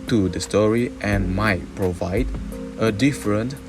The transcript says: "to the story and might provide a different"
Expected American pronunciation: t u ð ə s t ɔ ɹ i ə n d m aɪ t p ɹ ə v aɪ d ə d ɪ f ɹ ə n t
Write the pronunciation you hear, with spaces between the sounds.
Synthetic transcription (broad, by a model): t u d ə s t ɔ ɹ i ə n m aɪ t p ɹ ə v aɪ d ə d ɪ f ɹ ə n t